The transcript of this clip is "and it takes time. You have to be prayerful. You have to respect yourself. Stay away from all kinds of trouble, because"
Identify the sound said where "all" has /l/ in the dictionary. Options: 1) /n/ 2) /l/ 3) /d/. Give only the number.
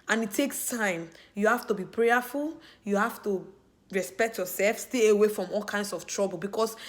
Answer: 2